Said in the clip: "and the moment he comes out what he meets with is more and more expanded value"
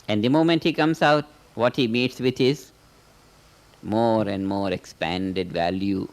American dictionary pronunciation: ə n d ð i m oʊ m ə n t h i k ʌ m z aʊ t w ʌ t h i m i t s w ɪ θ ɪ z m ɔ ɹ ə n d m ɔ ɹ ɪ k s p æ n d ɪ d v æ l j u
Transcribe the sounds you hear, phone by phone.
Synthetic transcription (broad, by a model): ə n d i m oʊ m ə n t h i k ʌ m s aʊ t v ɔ t h i m i t s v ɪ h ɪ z m ɔ ɹ ə n d m ɔ ɹ ɪ k s p æ n d ɪ d v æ l j u